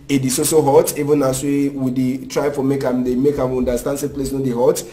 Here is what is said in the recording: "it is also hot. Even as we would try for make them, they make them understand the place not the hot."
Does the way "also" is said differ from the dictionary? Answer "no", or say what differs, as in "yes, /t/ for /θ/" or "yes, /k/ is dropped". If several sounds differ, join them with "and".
yes, /l/ is dropped